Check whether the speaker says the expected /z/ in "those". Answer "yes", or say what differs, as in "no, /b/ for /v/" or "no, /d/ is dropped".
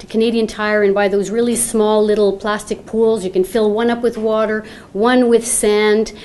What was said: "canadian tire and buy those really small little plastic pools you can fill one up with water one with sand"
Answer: yes